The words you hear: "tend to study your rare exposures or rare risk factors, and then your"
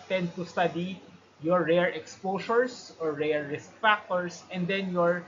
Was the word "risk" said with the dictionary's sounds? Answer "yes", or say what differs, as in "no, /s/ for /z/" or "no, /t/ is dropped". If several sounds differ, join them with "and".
yes